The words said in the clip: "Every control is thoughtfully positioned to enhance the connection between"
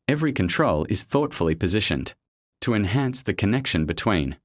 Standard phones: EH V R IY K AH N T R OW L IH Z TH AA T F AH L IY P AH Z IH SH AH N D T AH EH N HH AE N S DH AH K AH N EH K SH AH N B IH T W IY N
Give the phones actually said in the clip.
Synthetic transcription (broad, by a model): EH V R IY K AH N T R OW L IH Z TH AA T F AH L IY P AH Z IH SH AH N T AH EH N HH AE N S DH AH K AH N EH K SH AH N B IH T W IY N